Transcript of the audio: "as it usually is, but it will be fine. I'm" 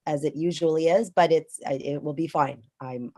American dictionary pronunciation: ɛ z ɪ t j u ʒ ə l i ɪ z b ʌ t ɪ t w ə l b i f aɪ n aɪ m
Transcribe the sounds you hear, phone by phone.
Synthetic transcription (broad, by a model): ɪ z ɪ t j u ʒ ə l i ɪ z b ʌ t ɪ t w ə l b i f aɪ n aɪ m